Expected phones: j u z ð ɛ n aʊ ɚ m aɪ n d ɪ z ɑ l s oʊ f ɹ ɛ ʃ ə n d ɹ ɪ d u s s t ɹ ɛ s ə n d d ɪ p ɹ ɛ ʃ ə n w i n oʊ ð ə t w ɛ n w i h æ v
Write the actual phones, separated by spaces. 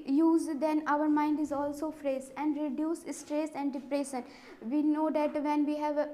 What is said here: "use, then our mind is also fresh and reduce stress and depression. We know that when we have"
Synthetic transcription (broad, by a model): j u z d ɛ n aʊ ɚ m aɪ n d ɪ z ɑ l s oʊ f ɹ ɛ s ə n d ɹ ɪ d u s s t ɹ ɛ s ə n d d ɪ p ɹ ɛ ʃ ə n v i n oʊ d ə t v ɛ n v i h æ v